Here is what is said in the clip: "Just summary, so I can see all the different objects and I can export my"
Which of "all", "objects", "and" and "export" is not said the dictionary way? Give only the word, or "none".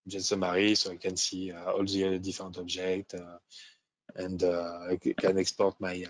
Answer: objects